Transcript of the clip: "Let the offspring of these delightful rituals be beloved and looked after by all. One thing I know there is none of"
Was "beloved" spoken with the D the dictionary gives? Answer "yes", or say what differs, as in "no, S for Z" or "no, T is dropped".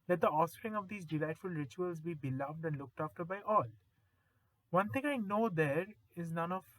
yes